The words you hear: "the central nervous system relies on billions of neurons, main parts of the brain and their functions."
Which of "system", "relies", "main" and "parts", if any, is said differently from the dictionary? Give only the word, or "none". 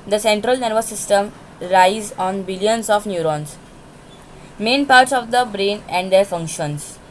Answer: relies